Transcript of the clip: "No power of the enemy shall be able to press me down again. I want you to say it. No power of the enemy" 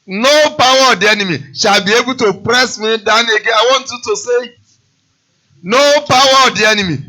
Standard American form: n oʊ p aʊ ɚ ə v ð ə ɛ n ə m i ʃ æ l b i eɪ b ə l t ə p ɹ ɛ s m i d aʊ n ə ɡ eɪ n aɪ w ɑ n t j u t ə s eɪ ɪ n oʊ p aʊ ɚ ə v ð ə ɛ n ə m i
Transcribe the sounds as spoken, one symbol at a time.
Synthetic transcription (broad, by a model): n oʊ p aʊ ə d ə ɛ n ə m i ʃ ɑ b i eɪ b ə t ə p ɹ ɛ s m i d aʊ n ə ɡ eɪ aɪ w ɑ n t j u t ə s eɪ n oʊ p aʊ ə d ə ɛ n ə m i